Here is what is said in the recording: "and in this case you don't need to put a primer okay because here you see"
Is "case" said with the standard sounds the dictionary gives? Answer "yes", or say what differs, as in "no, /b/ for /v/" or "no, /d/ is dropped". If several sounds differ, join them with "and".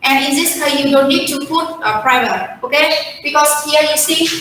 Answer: no, /s/ is dropped